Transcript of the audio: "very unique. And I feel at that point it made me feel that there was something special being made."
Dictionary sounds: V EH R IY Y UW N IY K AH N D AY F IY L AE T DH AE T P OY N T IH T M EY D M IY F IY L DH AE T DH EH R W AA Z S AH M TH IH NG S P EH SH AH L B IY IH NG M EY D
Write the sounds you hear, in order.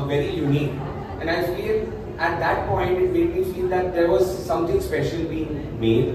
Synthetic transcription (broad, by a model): V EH R IY Y UW N IY K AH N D AY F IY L AE T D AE T P OY N T IH T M EY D M IY F IY L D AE T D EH R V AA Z S AH M T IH NG S P EH SH AH L B IY IH NG M EY D